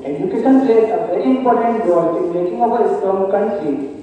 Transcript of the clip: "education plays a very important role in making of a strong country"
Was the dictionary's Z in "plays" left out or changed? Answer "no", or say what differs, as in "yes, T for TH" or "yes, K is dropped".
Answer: yes, S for Z